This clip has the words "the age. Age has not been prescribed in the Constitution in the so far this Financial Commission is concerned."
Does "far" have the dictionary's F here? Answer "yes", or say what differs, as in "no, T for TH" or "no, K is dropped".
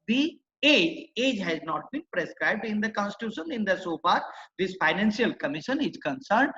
no, P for F